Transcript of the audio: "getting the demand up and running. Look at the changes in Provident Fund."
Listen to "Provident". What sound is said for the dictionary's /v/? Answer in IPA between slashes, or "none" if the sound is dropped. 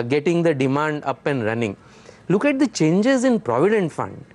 /v/